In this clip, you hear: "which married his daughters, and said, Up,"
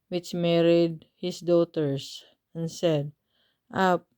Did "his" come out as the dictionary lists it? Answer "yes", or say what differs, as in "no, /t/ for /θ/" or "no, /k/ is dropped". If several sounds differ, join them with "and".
no, /s/ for /z/